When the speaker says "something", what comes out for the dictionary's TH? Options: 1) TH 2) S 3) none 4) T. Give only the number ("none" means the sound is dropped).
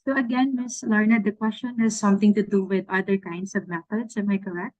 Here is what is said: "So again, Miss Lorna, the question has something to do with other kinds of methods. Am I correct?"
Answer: 4